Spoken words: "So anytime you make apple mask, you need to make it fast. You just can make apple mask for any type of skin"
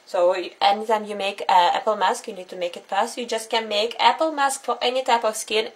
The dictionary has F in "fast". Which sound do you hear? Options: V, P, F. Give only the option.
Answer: P